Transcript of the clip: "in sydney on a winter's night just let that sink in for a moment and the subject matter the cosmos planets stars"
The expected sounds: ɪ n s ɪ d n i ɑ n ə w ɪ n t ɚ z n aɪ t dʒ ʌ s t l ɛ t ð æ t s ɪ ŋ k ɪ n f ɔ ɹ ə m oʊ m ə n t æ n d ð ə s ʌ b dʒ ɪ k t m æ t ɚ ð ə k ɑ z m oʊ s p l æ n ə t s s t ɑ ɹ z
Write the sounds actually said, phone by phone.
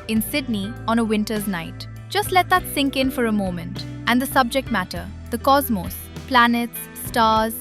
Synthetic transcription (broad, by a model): ɪ n s ɪ d n i ɑ n ə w ɪ n t ɚ z n aɪ t dʒ ʌ s t l ɛ t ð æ t s ɪ ŋ k ɪ n f ɔ ɹ ə m oʊ m ə n t æ n d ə s ʌ b dʒ ɪ k t m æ t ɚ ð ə k ɑ z m oʊ s p l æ n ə t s s t ɑ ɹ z